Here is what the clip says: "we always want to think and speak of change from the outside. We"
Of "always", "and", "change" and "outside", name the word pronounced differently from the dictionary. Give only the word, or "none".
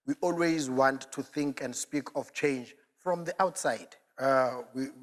none